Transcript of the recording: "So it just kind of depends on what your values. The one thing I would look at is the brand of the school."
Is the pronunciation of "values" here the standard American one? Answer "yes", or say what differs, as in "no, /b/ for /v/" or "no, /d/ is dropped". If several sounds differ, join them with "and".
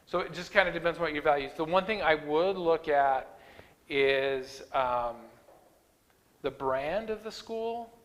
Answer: yes